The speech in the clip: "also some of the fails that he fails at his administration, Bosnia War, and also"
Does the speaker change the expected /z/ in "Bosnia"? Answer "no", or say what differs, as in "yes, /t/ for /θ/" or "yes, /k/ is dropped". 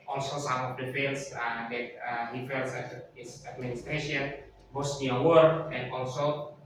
yes, /s/ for /z/